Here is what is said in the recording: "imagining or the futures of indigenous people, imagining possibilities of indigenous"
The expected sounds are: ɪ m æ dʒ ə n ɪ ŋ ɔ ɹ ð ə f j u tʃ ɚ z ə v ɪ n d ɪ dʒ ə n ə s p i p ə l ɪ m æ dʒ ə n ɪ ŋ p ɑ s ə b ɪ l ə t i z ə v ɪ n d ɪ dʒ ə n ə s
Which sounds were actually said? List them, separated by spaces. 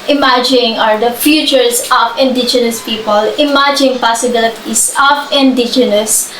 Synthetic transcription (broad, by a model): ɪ m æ dʒ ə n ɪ ŋ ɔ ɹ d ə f j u tʃ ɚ s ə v ɪ n d ɪ dʒ ə n ə s p i p ə l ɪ m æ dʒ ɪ ŋ p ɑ s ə b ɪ l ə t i s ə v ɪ n d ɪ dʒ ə n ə s